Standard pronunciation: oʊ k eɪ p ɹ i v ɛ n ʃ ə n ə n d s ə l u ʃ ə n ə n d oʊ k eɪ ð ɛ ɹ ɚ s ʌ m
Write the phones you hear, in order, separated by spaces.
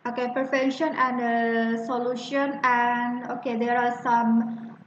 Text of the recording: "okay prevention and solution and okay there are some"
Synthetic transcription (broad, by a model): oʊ k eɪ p i f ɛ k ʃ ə n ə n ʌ s ə l u ʃ ə n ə n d oʊ k eɪ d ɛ ɹ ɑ s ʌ m